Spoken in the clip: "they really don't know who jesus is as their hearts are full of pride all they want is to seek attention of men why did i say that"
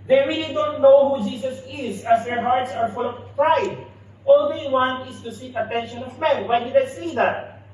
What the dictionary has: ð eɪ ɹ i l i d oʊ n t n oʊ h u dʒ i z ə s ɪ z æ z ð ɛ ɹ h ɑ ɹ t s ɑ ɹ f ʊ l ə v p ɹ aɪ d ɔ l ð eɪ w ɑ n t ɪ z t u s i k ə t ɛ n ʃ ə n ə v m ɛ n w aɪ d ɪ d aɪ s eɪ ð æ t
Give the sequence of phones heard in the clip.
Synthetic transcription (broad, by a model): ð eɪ ɹ i l i d oʊ n t n oʊ h u dʒ i s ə s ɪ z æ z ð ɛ ɹ h ɑ ɹ t s ɑ ɹ f ʊ l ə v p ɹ aɪ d ɔ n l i w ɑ n ɪ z t u s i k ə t ɛ n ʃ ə n ə v m ɛ n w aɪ d ɪ d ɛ s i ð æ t